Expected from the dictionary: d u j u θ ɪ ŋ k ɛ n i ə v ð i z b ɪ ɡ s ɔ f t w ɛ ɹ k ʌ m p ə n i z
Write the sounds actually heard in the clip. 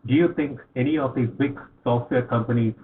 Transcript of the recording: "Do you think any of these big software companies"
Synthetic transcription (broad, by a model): d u j u t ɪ ŋ k ɛ n i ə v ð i b ɪ ɡ s ɔ f t w ɛ ɹ k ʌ m p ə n i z